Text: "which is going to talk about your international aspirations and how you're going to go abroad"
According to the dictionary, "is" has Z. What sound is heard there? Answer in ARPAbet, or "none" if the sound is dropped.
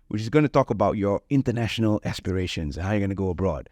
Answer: Z